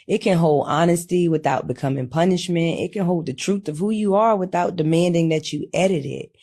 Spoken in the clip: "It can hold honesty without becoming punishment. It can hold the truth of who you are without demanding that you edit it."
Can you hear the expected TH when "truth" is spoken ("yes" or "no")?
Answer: yes